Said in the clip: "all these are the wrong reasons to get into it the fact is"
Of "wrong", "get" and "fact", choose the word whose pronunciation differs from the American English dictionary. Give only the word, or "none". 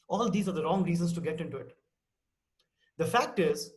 none